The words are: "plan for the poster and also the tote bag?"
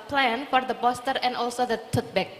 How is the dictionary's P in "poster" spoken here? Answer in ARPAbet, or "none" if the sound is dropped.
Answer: B